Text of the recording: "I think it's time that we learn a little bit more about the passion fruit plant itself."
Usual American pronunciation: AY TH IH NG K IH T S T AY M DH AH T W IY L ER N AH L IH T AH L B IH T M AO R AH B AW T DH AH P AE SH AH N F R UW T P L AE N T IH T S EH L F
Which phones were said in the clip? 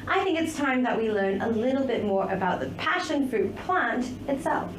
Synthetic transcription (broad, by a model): AY TH IH NG K IH T S T AY M DH AH T W IY L ER N AH L IH T L B IH T M AO R AH B AW T DH AH P AE SH AH N F R UW T P L AE N T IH T S EH L F